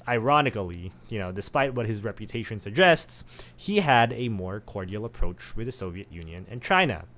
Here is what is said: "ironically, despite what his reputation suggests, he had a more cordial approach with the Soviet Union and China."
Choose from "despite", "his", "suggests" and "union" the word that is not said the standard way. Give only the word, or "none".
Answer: none